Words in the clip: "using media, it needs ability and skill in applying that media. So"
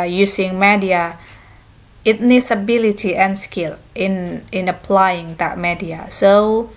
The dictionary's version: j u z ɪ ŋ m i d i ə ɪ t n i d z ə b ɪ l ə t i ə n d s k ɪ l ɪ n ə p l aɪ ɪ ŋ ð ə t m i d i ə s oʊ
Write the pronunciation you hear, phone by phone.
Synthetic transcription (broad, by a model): j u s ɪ ŋ m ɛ d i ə ɪ t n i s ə b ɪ l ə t i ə n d s k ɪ n ɪ n ə p l aɪ ɪ ŋ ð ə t m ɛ d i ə s oʊ